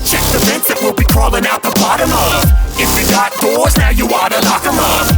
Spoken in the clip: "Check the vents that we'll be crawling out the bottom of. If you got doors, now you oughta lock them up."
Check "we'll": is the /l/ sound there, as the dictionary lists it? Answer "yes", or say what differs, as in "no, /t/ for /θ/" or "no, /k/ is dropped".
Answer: yes